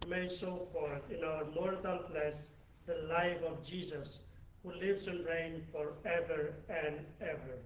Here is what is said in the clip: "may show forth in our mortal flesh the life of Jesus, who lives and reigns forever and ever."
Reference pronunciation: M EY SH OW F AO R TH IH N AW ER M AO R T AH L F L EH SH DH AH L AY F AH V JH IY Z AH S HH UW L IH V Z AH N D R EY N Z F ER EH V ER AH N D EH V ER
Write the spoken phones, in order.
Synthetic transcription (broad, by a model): M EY S OW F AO R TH IH N AW ER M AO R T AH L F L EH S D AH L AY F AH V JH IY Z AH S HH UW L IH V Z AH N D R EY N F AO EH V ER AH N D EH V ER